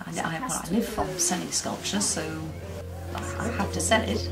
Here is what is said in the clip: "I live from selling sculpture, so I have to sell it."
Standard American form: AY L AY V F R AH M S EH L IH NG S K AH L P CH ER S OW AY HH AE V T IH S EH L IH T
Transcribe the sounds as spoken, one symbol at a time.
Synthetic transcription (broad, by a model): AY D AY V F R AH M S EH N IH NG S K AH L P CH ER S OW AY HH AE F T IH S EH N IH T